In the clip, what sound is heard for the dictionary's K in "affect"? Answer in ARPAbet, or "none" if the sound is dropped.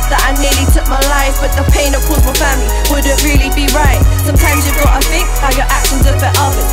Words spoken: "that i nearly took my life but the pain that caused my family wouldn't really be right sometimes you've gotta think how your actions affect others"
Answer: none